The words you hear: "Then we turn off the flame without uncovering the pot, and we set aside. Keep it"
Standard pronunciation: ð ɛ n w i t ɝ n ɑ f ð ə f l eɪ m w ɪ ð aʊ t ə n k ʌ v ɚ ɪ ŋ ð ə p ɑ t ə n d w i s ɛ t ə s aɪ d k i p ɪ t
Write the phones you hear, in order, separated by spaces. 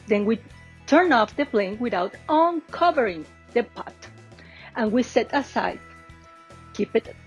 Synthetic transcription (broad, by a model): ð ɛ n w i t ɝ n ɑ f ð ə p l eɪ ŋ w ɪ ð aʊ t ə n k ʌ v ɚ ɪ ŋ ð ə p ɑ t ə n w i s ɛ t ə s aɪ d k i p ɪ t